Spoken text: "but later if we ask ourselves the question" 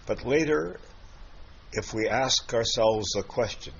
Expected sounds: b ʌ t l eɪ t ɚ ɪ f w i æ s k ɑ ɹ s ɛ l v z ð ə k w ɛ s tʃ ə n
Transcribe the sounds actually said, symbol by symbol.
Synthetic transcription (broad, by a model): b ʌ t l eɪ t ɚ ɪ f w i æ s k ɑ ɹ s ɛ l v z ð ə k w ɛ s tʃ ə n